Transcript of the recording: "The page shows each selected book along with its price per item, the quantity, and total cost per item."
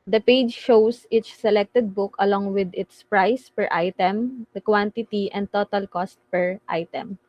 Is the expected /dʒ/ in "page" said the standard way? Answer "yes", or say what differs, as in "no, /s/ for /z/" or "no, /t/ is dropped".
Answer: yes